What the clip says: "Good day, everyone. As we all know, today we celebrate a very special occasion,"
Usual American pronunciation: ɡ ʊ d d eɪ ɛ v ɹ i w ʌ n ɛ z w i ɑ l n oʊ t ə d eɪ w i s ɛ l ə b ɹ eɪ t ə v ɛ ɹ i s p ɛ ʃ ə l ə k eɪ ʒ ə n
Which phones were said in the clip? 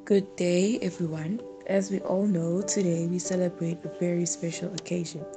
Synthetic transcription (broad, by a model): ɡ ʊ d d eɪ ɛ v ɹ i w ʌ n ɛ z w i ɑ l n oʊ t ə d eɪ w i s ɛ l ə b ɹ eɪ t ə v ɛ ɹ i s p ɛ ʃ ə l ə k eɪ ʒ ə n